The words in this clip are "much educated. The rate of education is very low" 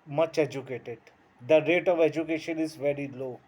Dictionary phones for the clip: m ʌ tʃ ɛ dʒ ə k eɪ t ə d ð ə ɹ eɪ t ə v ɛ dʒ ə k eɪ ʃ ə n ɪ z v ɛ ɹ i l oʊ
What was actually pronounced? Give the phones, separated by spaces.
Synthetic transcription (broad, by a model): m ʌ tʃ ɛ dʒ ə k eɪ t ə d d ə ɹ eɪ t ə v ɛ dʒ ə k eɪ ʃ ə n ɪ z v ɛ ɹ i l oʊ